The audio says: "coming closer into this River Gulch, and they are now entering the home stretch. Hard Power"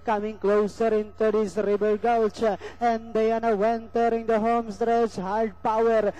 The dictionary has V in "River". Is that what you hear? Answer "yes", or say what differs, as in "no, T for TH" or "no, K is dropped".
no, B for V